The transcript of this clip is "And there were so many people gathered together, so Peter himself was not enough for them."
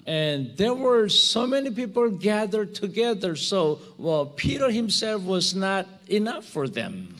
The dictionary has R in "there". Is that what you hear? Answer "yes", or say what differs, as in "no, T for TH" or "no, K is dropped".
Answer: yes